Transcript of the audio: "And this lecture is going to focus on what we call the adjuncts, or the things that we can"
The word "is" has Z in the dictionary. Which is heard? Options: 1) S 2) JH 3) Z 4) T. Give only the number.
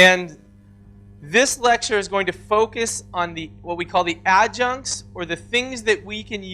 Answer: 3